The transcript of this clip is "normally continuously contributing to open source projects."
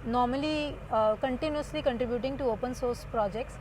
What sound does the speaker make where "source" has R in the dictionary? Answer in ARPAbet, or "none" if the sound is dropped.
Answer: R